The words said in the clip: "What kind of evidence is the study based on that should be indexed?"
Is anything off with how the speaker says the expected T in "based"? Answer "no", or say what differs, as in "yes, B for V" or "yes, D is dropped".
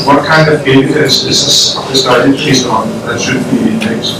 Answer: yes, T is dropped